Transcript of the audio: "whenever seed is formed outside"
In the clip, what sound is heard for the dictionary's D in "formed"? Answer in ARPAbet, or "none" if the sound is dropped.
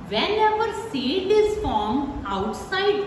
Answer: none